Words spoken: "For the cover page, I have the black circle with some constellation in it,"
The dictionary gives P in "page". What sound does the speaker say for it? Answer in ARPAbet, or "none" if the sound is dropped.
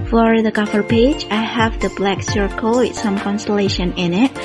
P